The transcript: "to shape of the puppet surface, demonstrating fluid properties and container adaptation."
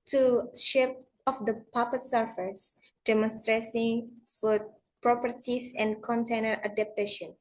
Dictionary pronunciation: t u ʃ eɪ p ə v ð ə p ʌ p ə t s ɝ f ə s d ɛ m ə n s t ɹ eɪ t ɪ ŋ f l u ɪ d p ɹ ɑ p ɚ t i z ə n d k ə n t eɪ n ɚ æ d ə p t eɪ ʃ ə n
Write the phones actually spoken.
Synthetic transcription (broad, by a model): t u ʃ eɪ p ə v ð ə p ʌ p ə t s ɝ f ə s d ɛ m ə n s t ɹ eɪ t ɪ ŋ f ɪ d p ɹ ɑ p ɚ t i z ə n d k ə n t eɪ n ɚ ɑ d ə p t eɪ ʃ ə n